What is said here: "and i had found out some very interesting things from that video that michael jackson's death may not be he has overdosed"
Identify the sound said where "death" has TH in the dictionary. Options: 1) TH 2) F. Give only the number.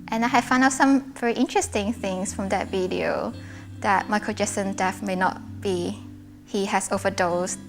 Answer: 2